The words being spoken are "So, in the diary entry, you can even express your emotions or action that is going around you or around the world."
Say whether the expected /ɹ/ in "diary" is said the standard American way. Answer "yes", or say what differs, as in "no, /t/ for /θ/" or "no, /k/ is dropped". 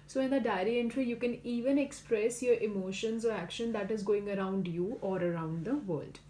yes